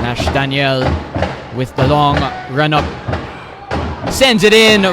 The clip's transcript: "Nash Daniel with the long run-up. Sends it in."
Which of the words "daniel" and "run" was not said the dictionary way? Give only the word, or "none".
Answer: none